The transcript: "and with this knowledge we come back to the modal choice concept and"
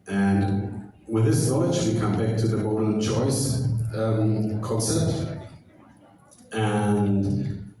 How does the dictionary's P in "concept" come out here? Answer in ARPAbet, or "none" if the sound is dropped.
none